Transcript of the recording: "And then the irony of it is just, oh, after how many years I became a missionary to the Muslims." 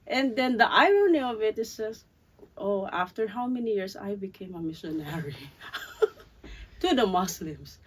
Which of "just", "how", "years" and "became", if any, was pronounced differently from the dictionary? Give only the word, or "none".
years